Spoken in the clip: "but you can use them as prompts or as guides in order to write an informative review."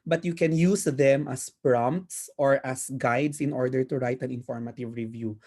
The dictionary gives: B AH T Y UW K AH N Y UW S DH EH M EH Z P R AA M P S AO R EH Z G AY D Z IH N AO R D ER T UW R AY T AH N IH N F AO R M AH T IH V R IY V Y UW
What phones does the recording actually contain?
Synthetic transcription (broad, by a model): B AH T Y UW K AH N Y UW S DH EH M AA S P R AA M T S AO R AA S G AY D S IH N AO R D ER T UW R AY T AH N IH N F AO R M AH T IH V R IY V Y UW